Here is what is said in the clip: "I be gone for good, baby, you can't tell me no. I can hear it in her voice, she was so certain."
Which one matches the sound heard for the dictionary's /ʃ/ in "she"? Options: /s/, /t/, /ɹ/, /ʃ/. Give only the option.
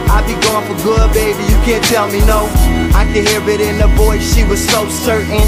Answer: /ʃ/